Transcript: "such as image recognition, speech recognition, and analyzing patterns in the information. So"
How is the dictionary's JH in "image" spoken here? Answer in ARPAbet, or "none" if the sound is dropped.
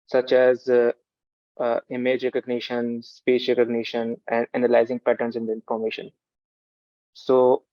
JH